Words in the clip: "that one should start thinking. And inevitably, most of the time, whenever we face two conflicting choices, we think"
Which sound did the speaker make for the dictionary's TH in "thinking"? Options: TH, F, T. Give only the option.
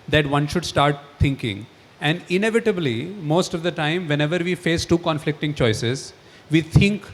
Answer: T